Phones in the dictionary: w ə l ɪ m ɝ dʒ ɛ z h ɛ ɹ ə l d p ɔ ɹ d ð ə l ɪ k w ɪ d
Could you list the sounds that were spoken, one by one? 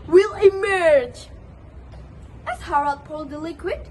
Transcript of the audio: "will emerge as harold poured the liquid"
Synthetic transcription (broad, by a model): w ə l ɪ m ɝ dʒ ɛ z h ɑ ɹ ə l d p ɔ l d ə l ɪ k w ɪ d